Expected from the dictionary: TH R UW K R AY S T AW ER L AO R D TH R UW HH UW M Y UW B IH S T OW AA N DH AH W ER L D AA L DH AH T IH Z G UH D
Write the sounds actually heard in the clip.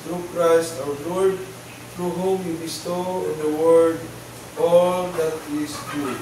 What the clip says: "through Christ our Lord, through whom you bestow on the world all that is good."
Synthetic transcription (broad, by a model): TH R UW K R AY S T AW ER L AO R D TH R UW HH UW M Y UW B IH S T OW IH N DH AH W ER D AA L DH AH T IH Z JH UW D